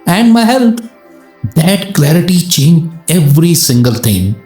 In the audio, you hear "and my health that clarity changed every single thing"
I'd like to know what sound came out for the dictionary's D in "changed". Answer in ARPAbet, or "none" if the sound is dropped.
none